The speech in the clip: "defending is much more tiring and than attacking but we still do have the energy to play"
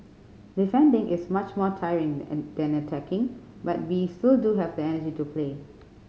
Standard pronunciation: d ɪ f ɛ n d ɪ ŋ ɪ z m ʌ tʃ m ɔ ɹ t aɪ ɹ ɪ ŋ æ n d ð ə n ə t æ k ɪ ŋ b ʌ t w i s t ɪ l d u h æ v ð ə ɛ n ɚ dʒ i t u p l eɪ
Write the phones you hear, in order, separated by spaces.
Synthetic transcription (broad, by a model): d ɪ f ɛ n d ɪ ŋ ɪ s m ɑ tʃ m ɔ t aɪ ɹ ɪ ŋ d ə n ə t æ k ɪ ŋ b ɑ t w i s t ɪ l d u h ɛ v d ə ɛ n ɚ dʒ i t u p l eɪ